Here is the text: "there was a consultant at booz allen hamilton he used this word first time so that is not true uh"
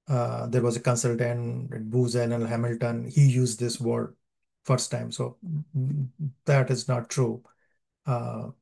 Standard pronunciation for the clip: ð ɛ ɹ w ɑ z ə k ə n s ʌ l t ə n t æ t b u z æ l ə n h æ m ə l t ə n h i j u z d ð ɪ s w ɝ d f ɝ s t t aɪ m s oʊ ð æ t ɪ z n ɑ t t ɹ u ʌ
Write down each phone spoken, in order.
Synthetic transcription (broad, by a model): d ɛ ɹ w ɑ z ə k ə n s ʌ l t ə n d b u z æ n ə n h æ m ə l t ə n h i j u z d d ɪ s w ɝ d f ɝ s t t aɪ m s oʊ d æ t ɪ z n ɑ t t ɹ u